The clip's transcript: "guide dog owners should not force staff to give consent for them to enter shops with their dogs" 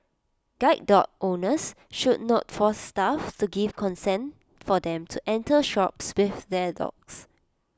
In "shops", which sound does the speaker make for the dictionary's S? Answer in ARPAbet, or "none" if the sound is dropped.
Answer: S